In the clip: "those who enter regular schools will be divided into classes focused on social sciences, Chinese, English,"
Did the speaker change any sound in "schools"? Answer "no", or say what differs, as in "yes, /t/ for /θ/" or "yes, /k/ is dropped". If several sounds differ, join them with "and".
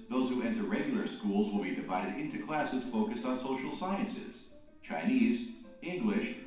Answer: no